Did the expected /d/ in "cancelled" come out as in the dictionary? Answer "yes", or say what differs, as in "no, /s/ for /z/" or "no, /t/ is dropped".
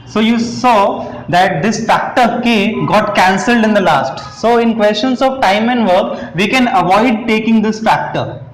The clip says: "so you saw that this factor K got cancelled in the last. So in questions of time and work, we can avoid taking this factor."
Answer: yes